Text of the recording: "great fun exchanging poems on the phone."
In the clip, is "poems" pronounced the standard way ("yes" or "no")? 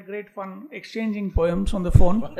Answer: no